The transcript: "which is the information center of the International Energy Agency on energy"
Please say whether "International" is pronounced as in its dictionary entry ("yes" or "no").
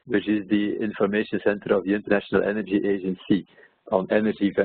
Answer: yes